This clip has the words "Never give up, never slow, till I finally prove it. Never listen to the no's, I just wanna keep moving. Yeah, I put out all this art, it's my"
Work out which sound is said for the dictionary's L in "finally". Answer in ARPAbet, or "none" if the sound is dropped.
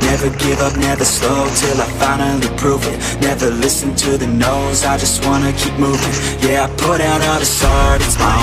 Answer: none